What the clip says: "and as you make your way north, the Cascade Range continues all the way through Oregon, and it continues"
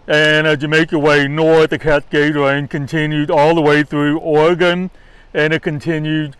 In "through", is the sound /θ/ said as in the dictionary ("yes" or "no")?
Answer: yes